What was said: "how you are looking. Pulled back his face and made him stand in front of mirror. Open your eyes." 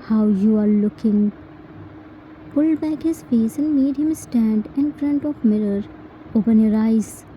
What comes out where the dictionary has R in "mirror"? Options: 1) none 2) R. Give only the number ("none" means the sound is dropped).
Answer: 2